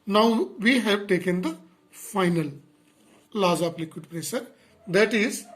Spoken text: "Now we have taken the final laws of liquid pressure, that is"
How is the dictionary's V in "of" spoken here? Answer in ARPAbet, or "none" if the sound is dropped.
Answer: P